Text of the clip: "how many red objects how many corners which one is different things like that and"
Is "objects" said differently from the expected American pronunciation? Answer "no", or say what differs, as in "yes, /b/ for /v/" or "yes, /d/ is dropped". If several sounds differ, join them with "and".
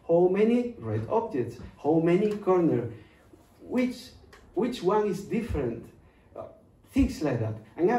yes, /k/ is dropped